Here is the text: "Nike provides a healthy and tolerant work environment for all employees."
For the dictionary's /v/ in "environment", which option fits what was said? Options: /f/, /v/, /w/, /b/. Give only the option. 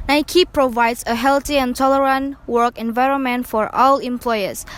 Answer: /v/